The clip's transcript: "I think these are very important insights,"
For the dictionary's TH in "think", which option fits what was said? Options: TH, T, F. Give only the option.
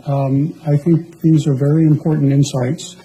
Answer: TH